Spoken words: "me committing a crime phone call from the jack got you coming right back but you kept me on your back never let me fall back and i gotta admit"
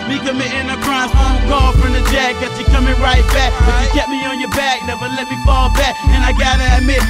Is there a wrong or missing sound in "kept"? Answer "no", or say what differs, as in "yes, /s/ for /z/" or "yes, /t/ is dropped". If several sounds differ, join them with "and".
yes, /p/ is dropped